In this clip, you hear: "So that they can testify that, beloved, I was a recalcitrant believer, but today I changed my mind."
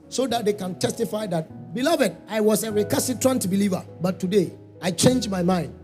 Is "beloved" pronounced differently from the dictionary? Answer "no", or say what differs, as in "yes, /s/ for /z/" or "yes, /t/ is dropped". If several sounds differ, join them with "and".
no